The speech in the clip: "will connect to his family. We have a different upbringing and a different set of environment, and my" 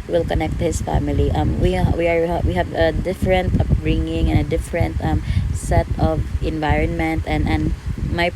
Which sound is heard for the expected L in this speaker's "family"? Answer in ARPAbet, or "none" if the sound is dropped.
W